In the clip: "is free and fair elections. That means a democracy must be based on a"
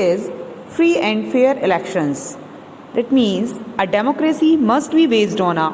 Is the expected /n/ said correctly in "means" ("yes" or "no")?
yes